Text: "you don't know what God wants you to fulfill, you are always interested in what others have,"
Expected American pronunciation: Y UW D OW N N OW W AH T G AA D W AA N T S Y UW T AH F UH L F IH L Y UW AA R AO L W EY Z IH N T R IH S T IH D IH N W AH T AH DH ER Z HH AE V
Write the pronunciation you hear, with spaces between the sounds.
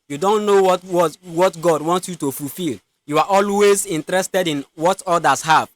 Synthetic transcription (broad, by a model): Y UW D OW N N OW W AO T G AA D W AA N T S Y UW T AH F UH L F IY L Y UW AA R AO L W EY Z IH N T R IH S T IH D IH N W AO T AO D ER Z HH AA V